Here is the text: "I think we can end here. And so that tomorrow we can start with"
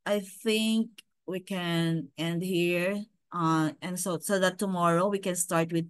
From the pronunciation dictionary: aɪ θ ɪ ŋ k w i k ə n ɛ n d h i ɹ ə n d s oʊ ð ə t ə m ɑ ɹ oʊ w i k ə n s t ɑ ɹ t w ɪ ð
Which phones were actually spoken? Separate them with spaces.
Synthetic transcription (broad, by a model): aɪ θ ɪ ŋ k w i k ə n ɛ n d h i ɹ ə n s s oʊ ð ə t ə m ɑ ɹ oʊ w i k ə n s t ɑ ɹ t w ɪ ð